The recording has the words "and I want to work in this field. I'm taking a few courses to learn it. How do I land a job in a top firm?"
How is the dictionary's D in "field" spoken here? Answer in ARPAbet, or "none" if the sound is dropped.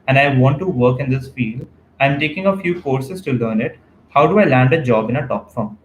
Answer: none